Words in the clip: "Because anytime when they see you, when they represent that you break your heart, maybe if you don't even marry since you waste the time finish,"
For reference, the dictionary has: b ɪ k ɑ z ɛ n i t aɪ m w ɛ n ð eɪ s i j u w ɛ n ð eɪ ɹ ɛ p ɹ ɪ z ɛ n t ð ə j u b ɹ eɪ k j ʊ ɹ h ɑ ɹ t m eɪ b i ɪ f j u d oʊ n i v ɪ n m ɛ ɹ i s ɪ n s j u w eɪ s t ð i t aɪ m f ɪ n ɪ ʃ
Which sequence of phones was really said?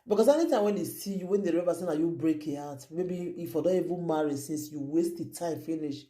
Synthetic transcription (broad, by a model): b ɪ k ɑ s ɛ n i t aɪ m w ɛ n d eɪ s i j u w ɛ n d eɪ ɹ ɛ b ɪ s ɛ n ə j u b ɹ eɪ k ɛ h ɑ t m eɪ b i ɪ f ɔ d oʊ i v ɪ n m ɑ ɹ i s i n s j u w eɪ s t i t aɪ m f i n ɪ ʃ